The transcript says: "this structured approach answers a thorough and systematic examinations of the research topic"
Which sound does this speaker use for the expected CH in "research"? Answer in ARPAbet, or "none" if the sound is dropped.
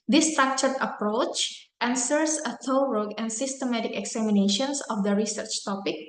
CH